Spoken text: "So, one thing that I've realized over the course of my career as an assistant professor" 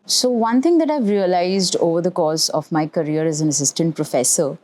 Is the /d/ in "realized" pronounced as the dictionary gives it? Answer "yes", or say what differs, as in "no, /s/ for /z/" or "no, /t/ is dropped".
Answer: yes